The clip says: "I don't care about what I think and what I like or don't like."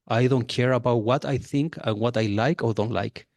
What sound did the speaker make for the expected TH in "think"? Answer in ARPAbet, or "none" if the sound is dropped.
TH